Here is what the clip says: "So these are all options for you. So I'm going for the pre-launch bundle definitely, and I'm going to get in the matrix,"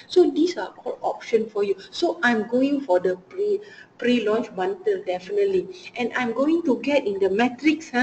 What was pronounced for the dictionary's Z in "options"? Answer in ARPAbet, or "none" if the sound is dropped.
none